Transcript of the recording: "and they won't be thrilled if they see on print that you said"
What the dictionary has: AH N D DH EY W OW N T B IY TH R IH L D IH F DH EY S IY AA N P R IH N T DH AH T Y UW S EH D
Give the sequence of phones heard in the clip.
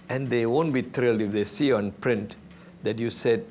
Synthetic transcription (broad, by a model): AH N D EY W OW N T B IY T R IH L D IH F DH EY S IY AA N P R IH N T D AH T Y UW S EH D